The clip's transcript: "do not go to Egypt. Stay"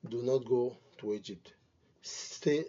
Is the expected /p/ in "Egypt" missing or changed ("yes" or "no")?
yes